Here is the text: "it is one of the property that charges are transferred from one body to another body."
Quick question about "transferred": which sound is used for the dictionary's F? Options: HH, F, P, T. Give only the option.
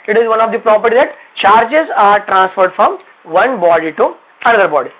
F